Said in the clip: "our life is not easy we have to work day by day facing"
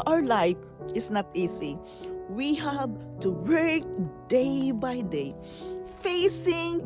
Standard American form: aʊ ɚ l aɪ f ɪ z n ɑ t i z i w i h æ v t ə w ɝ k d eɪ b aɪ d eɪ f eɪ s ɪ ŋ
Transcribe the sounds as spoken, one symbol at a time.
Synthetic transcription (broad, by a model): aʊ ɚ l aɪ f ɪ s n ɑ t i s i w i h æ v t ə w ɝ k d eɪ b aɪ d eɪ f eɪ s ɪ ŋ